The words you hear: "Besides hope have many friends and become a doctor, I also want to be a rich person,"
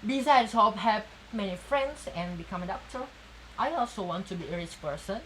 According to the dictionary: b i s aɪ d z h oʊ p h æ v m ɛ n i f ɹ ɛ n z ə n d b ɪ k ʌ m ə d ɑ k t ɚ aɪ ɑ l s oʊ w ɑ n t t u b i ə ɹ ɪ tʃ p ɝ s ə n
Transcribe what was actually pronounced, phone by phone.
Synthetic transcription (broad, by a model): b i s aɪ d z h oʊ f h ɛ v m ɛ n i f ɹ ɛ n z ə n b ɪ k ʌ m ə d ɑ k t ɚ aɪ ɑ l s oʊ w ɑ n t t u b i ə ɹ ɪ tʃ p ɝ s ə n